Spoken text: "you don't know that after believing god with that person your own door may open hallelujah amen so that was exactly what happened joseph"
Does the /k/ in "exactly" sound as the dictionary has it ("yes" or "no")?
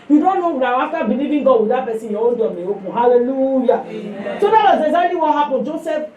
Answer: no